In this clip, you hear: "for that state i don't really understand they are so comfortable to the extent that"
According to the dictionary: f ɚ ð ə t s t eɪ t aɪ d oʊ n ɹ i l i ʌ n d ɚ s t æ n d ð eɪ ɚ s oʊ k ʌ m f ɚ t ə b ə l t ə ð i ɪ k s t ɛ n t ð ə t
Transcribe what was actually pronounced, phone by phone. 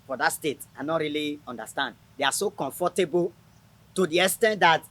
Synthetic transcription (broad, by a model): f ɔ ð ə t s t eɪ t aɪ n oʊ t ɹ i l i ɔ n d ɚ s t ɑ n d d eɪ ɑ s oʊ k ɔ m f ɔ t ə b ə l t ə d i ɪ s t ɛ n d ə t